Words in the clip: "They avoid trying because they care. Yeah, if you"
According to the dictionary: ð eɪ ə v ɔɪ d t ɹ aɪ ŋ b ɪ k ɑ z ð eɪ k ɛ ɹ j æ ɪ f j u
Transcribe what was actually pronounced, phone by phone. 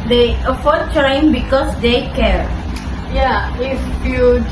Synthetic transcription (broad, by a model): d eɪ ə f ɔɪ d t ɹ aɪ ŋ b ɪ k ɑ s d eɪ k ɛ ɹ j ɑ ɪ f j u